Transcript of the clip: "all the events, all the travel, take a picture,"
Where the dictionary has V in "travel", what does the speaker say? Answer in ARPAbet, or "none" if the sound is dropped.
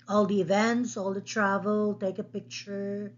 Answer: V